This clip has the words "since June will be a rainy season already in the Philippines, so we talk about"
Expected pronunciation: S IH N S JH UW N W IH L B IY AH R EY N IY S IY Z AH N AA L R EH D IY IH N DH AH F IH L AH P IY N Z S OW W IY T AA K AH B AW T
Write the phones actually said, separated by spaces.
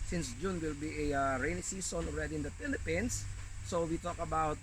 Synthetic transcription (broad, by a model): S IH N S JH UW N W IH L B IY AH R EY N IY S IY S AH N AA L R EH D IY IH N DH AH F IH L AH P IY N S OW W IY T AA K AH B AW T